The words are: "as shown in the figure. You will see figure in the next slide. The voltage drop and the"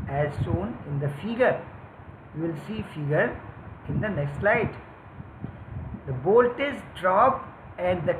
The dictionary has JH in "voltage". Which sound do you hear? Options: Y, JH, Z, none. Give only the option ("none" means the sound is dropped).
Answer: Z